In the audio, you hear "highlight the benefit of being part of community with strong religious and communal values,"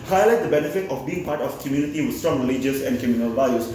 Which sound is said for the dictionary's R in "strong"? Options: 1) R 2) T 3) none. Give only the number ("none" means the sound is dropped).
1